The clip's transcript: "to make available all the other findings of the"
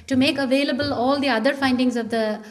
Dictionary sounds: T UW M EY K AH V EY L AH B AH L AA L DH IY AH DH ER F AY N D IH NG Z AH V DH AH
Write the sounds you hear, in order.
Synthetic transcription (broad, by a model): T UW M EY K AH V EY L AH B AH L AA L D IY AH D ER F AY N D IH NG Z AH V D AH